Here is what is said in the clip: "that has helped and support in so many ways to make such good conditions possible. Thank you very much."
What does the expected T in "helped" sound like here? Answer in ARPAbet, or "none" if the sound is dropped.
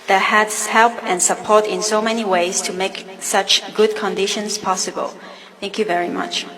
none